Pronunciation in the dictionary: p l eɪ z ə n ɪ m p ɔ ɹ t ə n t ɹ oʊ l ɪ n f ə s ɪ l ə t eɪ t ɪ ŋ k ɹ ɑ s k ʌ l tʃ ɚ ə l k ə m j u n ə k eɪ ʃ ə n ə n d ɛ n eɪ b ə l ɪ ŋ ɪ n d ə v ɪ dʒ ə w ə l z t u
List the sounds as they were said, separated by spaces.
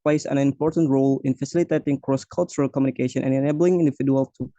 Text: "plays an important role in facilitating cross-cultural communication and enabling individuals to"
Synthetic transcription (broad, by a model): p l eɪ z ə n ɪ m p ɔ ɹ t ə n t ɹ oʊ l ɪ n f ə s ɪ l ə t eɪ t ɪ ŋ k ɹ ɑ s k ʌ l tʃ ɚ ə l k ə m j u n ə k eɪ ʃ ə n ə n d ɛ n eɪ b ə l ɪ ŋ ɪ n d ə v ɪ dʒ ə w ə l t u